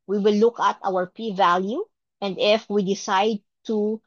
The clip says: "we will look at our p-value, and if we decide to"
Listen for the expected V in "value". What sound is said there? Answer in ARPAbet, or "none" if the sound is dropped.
V